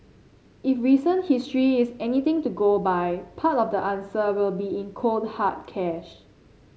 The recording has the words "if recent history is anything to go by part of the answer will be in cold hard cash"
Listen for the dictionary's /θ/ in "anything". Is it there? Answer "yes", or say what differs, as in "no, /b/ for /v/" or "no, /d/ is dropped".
no, /t/ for /θ/